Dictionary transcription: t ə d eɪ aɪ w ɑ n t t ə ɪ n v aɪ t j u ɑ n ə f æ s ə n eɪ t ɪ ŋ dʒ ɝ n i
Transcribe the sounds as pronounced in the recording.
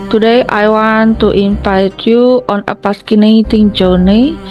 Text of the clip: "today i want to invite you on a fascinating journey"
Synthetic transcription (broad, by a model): t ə d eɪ aɪ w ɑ n t t ə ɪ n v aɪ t j u ɑ n ə p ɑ s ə n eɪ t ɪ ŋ dʒ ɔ n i